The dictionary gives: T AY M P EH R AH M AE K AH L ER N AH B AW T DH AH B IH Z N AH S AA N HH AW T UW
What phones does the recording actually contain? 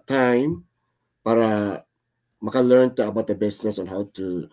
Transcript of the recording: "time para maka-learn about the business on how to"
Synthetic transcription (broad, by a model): T AY M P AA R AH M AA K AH L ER N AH B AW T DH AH B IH S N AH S AA N HH AW T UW